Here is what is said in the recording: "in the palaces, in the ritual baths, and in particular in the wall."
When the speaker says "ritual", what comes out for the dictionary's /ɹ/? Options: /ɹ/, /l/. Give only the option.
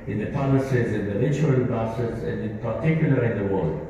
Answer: /l/